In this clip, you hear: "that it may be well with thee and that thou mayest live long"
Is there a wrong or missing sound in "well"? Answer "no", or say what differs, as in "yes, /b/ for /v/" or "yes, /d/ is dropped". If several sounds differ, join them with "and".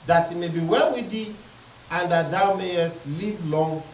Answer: yes, /n/ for /l/